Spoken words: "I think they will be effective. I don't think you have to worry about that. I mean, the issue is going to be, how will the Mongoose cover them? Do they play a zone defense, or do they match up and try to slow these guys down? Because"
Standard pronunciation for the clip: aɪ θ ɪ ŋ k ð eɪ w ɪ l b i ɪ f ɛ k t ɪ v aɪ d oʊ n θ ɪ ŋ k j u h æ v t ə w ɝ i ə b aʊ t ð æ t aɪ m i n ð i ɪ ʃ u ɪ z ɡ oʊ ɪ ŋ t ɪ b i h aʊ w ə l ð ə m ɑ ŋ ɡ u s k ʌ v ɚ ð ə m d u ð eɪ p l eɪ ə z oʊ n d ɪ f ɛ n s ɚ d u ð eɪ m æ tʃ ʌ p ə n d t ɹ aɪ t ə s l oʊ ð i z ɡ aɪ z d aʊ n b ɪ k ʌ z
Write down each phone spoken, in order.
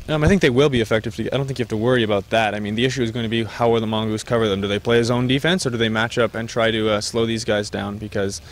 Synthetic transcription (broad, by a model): aɪ θ ɪ ŋ k ð eɪ w ɪ l b i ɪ f ɛ k t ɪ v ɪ d oʊ n θ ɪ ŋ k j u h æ f t ə w ɝ i ə b aʊ t ð æ t aɪ m i n ð i ɪ ʃ u ɪ z ɡ oʊ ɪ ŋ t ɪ b i h aʊ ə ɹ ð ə m ɑ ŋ ɡ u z k ʌ v ɚ ð ə m d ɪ ð eɪ p l eɪ ə z oʊ n d ɪ f ɛ n s ɚ d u ð eɪ m æ tʃ ʌ p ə n t ɹ aɪ t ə s l oʊ ð i z ɡ aɪ z d aʊ n b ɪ k ʌ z